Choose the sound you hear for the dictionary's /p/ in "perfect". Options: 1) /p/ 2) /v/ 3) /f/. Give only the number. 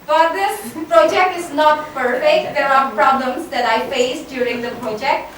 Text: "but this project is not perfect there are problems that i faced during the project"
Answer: 3